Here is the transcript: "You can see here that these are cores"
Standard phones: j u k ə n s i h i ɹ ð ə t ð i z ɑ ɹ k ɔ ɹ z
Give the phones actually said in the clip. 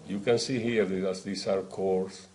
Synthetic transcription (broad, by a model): j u k ə n s i h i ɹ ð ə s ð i s ɑ ɹ k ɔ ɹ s